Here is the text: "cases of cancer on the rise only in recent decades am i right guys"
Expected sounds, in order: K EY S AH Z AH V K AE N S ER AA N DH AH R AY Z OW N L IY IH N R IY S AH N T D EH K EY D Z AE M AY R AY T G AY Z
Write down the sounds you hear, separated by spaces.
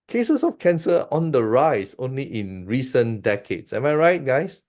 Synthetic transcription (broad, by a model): K EY S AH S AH F K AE N S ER AA N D AH R AY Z OW N L IY IH N R IY S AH N D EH K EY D S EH M AY R AY T G AY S